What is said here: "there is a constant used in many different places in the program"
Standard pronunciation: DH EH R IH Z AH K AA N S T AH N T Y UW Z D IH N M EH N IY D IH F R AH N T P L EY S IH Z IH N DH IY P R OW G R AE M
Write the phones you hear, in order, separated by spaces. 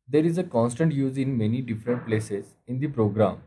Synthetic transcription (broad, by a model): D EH R IH Z AH K AA N S T AH N T Y UW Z IH N M EH N IY D IH F R AH N T P L EY S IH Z IH N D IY P R OW G R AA M